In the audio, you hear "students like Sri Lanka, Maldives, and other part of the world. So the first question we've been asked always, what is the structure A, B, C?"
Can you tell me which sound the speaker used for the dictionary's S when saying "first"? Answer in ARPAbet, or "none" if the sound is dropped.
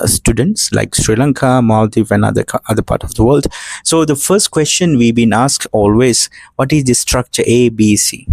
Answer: S